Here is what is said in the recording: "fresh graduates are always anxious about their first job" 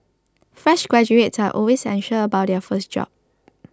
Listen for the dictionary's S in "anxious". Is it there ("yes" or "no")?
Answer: no